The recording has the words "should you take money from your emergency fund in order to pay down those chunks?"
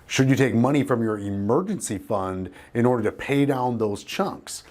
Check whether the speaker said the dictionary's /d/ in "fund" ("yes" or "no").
yes